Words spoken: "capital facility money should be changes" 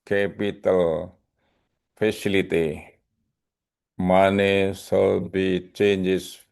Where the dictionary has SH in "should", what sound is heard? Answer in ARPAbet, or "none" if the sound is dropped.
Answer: S